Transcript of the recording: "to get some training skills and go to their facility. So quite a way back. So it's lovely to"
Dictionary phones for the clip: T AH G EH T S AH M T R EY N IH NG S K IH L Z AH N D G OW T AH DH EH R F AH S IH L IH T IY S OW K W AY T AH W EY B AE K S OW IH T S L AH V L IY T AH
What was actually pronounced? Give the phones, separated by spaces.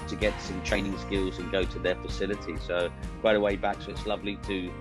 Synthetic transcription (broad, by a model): T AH G EH T S AH M T R EY N IH NG S K IH L Z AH N G OW T AH DH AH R F AH S IH L IH T IY S OW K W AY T AH W EY B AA K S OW IH T S L AH V L IY T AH